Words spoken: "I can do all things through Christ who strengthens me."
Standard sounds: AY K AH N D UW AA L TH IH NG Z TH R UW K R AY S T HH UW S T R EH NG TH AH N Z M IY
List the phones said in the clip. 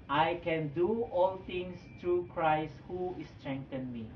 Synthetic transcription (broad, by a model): AY K AH N D UW AA L T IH NG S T R UW K R AY S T HH UW S T R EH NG T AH N M IY